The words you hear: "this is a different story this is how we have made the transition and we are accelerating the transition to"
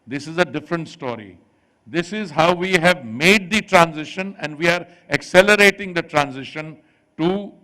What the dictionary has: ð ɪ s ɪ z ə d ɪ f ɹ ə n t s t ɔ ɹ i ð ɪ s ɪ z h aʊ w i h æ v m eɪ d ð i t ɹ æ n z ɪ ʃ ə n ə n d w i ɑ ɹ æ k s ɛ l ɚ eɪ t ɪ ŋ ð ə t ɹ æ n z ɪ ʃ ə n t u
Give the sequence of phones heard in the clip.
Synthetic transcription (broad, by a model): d ɪ s ɪ z ə d ɪ f ɹ ə n t s t ɔ ɹ i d ɪ s ɪ z h aʊ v i h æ v m eɪ d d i t ɹ æ n z ɪ ʃ ə n ə n d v i ɑ ɹ æ k s ɛ l ɚ eɪ t ɪ ŋ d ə t ɹ æ n z ɪ ʃ ə n t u